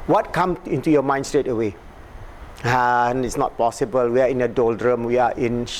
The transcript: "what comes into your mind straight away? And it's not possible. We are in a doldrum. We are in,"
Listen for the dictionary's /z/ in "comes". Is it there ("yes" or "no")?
no